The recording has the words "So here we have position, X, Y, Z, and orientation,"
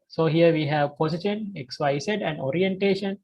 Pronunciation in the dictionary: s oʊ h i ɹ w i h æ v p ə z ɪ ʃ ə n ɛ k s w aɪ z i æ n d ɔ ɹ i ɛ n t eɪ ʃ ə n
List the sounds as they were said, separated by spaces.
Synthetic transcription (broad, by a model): s oʊ h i ɹ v i h æ v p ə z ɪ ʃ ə n ɛ k s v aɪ s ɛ æ n d ɔ ɹ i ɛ n t eɪ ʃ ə n